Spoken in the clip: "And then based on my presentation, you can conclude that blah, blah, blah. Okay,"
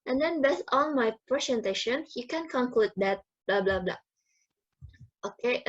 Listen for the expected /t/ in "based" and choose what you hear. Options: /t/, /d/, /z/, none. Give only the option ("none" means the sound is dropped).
none